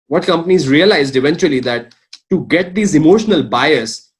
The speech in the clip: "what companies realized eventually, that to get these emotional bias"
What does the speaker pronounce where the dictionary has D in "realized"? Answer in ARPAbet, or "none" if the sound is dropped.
D